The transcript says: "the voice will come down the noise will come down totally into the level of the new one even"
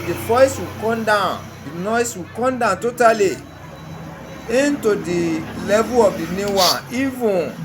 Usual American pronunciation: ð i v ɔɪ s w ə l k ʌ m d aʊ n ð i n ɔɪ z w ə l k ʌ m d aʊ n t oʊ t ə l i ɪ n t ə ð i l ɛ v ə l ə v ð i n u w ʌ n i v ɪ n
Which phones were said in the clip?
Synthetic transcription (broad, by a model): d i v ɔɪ s w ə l k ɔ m d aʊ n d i n ɔɪ s w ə k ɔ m d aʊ n t oʊ t ə l i ɪ n t ə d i l ɛ v ə l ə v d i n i w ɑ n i v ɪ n